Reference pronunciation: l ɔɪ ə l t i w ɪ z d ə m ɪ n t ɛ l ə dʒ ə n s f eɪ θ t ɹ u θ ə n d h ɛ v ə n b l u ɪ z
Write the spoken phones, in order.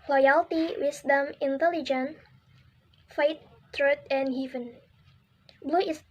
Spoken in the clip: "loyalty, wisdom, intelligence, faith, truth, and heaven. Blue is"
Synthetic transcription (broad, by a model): l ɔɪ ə l t i w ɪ s d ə m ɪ n t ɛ l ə dʒ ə n f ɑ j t ɹ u t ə n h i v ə n b l u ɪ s